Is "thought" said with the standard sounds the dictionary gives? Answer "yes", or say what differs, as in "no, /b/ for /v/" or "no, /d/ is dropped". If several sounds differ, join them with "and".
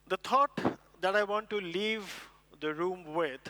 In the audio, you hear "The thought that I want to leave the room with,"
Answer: no, /t/ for /θ/